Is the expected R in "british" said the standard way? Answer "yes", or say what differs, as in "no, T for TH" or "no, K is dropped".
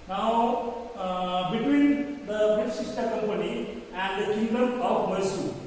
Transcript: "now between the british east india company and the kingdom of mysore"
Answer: no, R is dropped